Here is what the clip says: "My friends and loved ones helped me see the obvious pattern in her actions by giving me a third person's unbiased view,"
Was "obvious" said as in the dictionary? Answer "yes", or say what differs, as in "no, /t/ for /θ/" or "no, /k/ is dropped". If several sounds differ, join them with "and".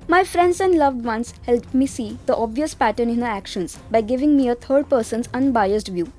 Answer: yes